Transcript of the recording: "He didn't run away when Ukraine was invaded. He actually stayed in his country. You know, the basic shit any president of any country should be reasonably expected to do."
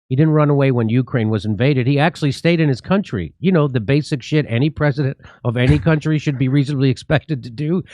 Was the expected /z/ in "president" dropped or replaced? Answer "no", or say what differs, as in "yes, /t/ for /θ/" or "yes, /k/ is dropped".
no